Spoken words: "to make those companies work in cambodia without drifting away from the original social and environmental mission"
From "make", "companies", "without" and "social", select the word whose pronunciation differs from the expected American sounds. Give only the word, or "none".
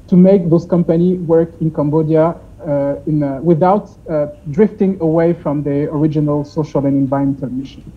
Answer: companies